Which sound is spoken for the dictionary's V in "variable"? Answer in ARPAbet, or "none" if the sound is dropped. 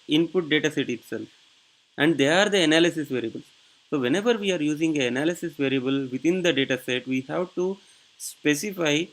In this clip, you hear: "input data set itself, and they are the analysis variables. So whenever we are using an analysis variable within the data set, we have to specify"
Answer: V